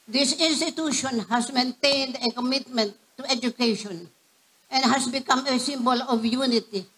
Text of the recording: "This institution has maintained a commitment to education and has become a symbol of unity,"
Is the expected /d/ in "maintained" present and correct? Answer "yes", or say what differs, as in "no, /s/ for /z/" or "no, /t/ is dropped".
yes